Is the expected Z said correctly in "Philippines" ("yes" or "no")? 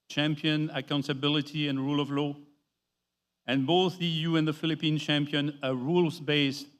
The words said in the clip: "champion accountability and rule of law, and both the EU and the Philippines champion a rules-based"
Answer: no